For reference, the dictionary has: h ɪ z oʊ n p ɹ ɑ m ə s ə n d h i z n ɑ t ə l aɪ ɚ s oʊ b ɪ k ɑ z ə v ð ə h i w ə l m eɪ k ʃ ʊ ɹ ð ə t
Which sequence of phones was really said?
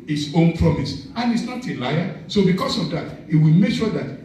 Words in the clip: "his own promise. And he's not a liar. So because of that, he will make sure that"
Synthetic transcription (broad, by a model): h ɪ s oʊ n p ɹ ɑ m ə s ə n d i s n ɑ t ə l aɪ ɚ s oʊ b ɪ k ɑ s ə v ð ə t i w ə l m eɪ k ʃ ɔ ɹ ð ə t